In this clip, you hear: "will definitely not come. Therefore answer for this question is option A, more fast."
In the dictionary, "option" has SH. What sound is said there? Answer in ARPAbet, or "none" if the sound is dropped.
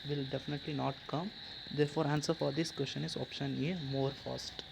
SH